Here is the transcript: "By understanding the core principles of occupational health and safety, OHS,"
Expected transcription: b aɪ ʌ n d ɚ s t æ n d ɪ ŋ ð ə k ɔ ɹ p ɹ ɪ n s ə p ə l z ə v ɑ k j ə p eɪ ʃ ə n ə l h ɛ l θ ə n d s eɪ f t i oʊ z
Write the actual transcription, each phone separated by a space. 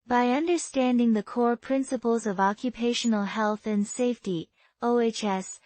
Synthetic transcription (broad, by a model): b aɪ ʌ n d ɚ s t æ n d ɪ ŋ ð ə k ɔ ɹ p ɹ ɪ n s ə p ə l z ə v ɑ k j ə p eɪ ʃ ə n l h ɛ l θ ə n s eɪ f t i oʊ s